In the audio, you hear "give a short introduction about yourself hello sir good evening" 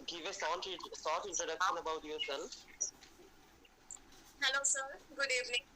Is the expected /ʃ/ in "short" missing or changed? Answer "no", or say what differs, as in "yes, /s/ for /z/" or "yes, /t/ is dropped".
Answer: yes, /s/ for /ʃ/